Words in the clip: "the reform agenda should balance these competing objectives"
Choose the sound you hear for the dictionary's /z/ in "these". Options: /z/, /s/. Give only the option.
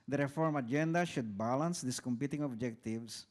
/s/